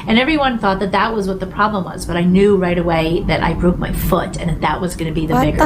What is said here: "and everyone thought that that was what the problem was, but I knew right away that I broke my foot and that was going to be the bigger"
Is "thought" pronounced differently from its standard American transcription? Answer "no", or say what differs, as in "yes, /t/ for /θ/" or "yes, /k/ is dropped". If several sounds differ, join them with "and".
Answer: no